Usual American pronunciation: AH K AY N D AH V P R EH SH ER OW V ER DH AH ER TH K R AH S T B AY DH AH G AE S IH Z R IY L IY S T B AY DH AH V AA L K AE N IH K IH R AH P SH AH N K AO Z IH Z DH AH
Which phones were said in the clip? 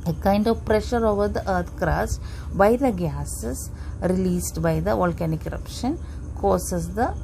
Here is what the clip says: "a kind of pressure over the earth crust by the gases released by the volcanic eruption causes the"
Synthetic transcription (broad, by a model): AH K AY N D AH V P R EH SH ER OW V ER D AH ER T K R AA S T B AY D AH G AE S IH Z R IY L IY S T B AY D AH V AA L K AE N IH K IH R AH P SH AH N K AO S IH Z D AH